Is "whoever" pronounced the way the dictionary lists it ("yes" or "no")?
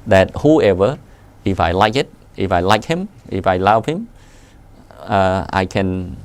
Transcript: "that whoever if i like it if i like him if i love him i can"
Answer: yes